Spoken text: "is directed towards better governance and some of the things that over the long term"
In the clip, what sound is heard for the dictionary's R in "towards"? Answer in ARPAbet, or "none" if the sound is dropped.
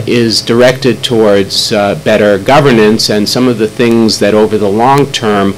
R